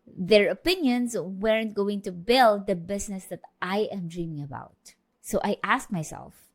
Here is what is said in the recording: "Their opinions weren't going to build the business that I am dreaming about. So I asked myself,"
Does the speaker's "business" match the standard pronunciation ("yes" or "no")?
no